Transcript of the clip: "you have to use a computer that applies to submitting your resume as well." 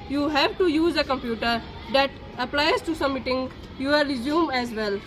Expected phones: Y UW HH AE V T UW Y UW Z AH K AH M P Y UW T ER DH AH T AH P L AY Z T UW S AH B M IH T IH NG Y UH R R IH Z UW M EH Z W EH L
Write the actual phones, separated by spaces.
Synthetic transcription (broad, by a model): Y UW HH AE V T UW Y UW Z AH K AH M P Y UW T ER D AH T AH P L AY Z T UW S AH M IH T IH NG Y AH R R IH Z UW M EH Z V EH L